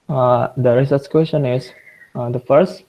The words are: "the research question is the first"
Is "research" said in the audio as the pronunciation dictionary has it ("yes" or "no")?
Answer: no